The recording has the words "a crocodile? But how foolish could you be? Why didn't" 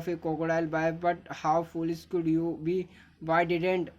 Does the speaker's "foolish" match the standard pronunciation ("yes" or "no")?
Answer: no